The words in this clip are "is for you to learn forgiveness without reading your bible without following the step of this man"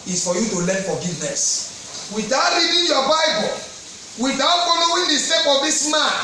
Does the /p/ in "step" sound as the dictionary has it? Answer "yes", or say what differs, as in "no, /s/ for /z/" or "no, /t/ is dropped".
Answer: no, /f/ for /p/